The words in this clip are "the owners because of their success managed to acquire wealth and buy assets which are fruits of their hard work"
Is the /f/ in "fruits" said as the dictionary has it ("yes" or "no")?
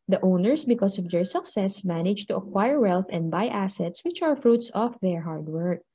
yes